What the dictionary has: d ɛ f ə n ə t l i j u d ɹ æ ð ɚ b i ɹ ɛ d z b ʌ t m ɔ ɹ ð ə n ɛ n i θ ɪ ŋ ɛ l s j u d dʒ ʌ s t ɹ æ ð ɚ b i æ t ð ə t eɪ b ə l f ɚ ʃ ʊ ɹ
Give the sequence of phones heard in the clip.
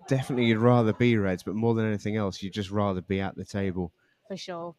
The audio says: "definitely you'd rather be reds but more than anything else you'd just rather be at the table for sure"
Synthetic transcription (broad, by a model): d ɛ f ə n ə t l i j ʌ d ɹ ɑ ð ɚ b i ɹ ɛ d z b ʌ t m ɔ ð ə n ɛ n i θ ɪ ŋ ɛ l s j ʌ d dʒ ʌ s t ɹ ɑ ð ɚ b i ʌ t ð ə t eɪ b ə l f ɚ ʃ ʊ